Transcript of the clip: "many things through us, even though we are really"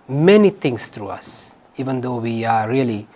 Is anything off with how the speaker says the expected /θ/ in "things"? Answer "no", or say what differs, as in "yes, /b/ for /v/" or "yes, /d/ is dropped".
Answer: yes, /t/ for /θ/